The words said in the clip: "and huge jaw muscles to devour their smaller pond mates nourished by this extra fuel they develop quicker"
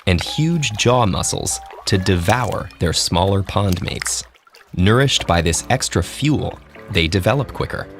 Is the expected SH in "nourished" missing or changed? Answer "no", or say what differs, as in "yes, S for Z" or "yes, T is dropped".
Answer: no